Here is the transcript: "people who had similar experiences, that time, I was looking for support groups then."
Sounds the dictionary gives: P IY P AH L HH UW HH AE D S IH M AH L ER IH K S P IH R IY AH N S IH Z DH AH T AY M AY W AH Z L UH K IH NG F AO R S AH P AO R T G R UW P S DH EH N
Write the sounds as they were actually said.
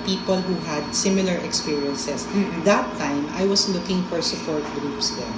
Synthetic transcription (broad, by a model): P IY P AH L HH UW HH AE D S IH M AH L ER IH K S P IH R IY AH N S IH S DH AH T AY M AY W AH S L UH K IH NG F AO R S AH P AO R T G R UW P S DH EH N